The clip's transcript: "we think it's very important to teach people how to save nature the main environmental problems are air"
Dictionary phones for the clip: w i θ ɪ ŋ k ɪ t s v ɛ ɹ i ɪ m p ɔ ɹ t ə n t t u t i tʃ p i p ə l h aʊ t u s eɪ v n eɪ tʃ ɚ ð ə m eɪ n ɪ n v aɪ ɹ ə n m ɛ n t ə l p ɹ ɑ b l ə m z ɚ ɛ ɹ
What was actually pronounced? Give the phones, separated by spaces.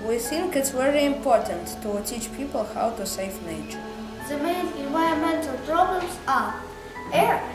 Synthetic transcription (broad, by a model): w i θ ɪ ŋ k ɪ t s v ɛ ɹ i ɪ m p ɔ ɹ t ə n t t u t i tʃ p i p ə l h aʊ t u s eɪ f n eɪ tʃ ɚ ð ə m eɪ n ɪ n v aɪ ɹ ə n m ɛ n t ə l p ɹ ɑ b l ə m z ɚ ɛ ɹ